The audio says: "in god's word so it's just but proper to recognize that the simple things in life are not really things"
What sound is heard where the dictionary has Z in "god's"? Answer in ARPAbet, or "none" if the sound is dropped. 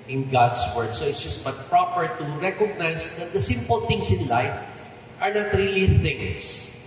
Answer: S